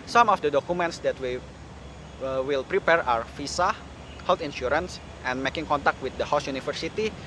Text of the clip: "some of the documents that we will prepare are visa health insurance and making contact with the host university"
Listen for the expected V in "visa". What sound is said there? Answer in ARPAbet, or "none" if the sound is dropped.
F